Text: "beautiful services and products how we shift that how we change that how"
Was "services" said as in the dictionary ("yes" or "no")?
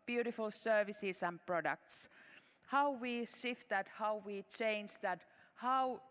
no